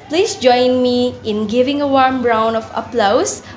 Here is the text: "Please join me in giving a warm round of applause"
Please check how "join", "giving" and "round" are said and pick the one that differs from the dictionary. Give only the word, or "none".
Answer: round